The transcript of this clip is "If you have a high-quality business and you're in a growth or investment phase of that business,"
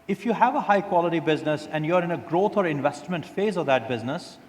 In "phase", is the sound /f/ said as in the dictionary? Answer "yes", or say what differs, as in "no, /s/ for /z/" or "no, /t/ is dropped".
yes